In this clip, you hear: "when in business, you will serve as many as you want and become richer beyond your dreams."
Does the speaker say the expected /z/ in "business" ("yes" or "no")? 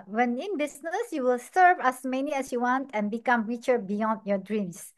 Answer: no